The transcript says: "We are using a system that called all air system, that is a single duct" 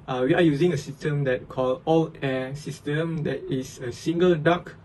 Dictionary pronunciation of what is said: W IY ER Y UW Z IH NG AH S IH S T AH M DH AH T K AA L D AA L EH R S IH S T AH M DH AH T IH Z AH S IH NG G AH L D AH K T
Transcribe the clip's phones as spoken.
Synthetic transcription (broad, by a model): W IY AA Y UW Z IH NG AH S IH S T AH M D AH T K AA L AA L EH S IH S T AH M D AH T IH S AH S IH NG G AH L D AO K